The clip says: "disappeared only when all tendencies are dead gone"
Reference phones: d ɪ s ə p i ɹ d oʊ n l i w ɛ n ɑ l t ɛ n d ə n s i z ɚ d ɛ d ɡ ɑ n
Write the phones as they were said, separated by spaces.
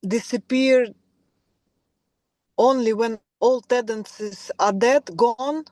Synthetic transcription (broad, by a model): d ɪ s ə p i ɹ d oʊ n l i w ɛ n ɑ l t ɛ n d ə n s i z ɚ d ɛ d ɡ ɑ n